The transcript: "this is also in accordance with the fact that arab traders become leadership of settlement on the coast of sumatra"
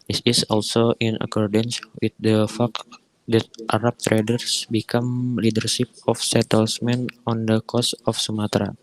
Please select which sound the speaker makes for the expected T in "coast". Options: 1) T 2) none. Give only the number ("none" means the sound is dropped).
2